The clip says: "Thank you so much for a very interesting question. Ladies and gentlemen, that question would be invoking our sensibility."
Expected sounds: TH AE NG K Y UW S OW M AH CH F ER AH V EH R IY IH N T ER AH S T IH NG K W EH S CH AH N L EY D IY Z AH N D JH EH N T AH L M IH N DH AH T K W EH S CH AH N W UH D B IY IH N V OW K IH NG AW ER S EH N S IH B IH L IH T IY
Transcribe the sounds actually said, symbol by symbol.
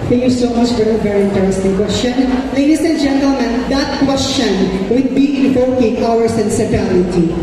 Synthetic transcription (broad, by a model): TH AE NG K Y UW S OW M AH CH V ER AH V EH R IY IH N T ER AH S T IH NG K W EH S CH AH N L EY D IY S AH N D JH EH N T AH L M IH N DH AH T K W EH S CH AH N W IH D B IY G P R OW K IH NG AW ER S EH N S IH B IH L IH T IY